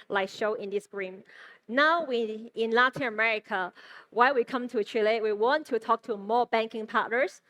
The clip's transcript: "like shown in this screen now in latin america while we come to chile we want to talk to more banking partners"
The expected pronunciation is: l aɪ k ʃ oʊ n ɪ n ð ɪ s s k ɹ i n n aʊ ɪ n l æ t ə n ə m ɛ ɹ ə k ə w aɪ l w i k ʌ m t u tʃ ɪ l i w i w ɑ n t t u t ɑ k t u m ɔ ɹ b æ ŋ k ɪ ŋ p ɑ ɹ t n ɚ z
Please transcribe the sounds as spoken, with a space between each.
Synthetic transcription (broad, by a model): l aɪ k ʃ oʊ ɪ n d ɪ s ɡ ɹ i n n aʊ ɪ n l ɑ t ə n ə m ɛ ɹ ə k ə w aɪ l w i k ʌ m t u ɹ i l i w i w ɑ n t t u t ɑ k t u m ɔ b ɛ ŋ k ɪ ŋ p ɑ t n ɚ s